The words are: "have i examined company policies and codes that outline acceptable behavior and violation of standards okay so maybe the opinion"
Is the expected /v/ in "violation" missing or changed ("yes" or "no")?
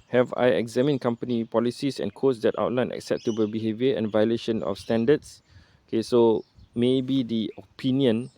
no